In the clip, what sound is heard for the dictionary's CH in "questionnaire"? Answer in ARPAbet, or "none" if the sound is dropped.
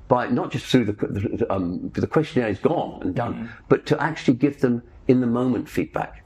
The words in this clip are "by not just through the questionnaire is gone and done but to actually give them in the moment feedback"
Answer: CH